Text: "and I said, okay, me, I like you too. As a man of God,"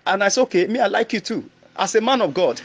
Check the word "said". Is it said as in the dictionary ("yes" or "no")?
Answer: no